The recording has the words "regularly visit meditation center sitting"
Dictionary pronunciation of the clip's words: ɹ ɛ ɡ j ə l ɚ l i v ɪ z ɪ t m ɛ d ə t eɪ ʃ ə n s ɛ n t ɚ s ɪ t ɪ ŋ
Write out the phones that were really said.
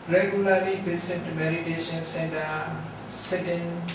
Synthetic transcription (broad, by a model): ɹ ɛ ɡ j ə l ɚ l i b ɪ s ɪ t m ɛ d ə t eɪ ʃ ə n s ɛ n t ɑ s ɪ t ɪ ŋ